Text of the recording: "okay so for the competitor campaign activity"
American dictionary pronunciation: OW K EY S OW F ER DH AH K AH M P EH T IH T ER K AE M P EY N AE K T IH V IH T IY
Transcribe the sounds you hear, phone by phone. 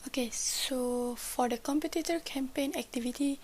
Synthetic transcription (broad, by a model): OW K EY S OW F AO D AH K AH M P EH T IH T ER K AE M P EY N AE K T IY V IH T IY